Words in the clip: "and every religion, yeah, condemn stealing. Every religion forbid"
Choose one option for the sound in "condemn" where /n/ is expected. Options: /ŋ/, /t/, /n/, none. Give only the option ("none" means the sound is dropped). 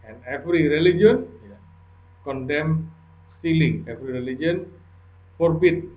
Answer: /n/